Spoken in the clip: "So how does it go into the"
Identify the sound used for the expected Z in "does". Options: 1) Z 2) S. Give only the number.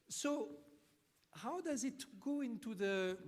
1